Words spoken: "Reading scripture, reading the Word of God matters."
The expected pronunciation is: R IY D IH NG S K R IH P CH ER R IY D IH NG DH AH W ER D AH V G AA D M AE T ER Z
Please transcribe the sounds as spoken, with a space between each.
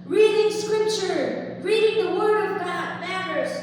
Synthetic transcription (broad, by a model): R IY D IH NG S K R IH P CH ER R IY D IH NG DH AH W ER D AH V G AA D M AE T ER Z